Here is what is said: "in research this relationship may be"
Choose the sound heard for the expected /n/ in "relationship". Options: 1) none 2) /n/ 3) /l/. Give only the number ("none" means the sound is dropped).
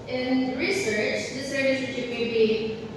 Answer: 1